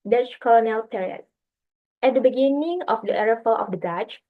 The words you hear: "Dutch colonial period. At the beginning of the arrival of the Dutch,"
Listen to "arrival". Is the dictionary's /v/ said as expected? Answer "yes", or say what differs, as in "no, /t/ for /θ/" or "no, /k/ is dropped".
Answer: no, /f/ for /v/